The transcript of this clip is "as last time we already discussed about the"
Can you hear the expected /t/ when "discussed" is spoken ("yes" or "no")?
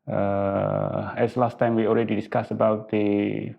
no